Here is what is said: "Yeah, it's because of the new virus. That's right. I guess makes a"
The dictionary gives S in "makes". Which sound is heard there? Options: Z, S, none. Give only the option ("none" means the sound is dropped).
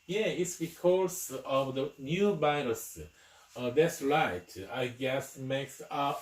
S